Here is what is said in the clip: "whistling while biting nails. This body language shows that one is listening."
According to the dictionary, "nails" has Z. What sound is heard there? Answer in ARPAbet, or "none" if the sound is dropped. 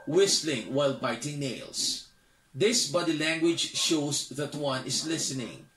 S